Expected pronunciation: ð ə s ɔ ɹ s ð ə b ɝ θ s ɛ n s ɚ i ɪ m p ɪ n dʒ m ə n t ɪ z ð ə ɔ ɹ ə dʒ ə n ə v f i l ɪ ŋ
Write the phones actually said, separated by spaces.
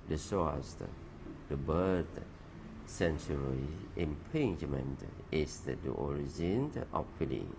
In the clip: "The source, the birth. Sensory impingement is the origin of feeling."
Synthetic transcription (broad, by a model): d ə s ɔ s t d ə b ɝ t s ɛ n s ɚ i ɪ m p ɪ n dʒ m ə n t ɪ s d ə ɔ ɹ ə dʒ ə n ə f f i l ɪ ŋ